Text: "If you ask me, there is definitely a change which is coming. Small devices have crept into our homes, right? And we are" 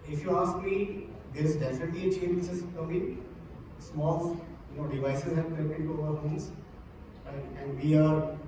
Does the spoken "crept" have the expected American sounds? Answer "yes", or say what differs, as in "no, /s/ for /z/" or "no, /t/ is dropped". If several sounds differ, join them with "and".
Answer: no, /t/ is dropped